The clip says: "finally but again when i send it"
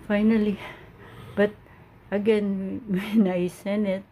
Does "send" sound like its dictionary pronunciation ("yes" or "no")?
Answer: no